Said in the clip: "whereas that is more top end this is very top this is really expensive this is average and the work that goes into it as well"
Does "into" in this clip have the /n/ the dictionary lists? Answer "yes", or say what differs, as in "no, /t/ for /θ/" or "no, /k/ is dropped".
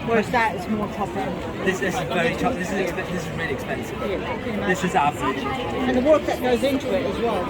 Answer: yes